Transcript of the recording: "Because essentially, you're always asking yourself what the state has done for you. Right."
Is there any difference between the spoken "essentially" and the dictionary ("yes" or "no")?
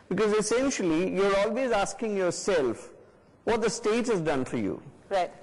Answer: no